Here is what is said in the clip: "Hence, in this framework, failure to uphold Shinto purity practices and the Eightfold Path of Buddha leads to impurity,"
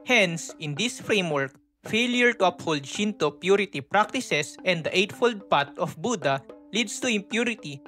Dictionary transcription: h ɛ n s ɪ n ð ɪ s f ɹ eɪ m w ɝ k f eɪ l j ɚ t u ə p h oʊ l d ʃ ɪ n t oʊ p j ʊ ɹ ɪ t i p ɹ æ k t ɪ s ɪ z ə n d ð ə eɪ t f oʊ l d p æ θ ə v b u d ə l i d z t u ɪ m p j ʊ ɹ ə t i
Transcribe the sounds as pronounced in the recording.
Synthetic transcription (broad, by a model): h ɛ n s ɪ n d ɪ s f ɹ eɪ m w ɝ k f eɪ l j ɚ t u ə p h oʊ l d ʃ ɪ n t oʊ p j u ɹ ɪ t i p ɹ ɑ k t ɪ s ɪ s ə n d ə eɪ t f oʊ l d p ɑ t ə f b u d ə l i d s t u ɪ m p j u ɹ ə t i